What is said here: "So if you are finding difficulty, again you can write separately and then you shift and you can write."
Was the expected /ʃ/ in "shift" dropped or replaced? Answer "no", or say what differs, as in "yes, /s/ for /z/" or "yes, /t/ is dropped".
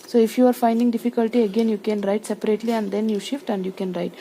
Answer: no